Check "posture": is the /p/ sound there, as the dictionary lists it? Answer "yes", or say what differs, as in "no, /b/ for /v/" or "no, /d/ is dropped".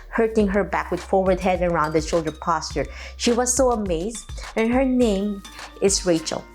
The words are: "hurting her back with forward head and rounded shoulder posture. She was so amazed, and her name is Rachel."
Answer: yes